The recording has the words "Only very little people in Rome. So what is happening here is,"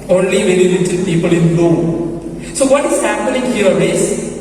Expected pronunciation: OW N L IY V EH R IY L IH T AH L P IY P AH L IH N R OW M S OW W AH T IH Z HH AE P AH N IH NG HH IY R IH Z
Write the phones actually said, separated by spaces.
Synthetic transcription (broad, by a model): OW N L IY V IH L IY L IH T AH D P IY P AH L IH N L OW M S OW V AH T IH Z HH AE P AH N IH NG HH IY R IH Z